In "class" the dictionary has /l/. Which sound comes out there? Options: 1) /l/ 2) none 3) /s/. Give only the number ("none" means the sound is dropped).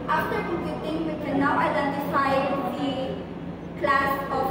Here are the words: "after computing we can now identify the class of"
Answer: 1